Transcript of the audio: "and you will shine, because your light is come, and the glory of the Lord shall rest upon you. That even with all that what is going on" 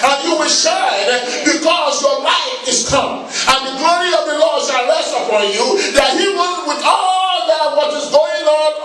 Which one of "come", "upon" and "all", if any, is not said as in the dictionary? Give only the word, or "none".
upon